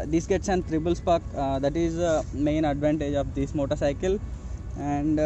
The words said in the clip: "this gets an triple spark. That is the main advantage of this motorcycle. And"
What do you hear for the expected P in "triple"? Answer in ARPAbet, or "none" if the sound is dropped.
B